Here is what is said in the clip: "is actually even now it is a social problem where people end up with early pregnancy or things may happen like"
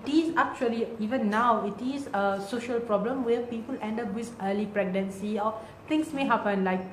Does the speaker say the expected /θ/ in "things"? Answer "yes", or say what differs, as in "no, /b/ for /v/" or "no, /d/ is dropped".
no, /t/ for /θ/